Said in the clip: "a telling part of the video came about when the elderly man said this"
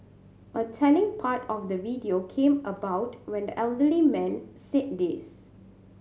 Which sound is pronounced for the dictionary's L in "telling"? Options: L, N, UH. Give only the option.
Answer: N